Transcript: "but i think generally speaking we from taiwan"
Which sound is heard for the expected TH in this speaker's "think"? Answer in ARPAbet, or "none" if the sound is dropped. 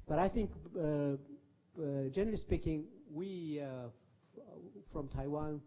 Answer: TH